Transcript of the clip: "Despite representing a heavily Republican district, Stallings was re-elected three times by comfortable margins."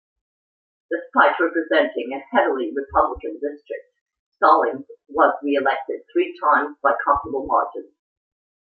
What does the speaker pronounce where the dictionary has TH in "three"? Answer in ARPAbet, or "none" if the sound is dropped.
TH